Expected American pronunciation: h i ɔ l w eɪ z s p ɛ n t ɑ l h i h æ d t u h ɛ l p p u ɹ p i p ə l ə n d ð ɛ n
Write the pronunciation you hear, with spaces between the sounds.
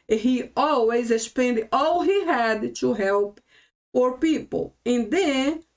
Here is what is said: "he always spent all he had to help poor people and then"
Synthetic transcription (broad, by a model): h i ɔ l w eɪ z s p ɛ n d ɑ l h i h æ d t u h ɛ l p f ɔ ɹ p i p ə l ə n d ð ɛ n